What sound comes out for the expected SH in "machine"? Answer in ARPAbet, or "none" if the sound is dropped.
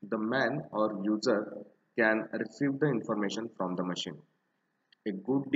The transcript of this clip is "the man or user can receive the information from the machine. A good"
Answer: SH